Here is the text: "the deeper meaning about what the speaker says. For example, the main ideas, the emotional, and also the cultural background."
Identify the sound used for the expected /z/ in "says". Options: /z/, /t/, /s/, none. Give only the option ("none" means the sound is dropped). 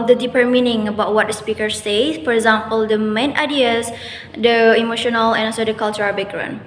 none